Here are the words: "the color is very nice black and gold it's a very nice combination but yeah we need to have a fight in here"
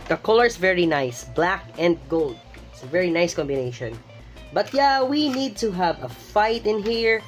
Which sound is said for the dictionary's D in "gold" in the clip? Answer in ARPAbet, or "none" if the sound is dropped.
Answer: D